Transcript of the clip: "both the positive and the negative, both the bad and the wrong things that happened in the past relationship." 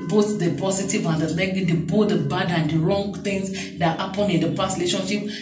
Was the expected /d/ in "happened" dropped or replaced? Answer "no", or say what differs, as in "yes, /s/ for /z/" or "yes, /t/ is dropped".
yes, /d/ is dropped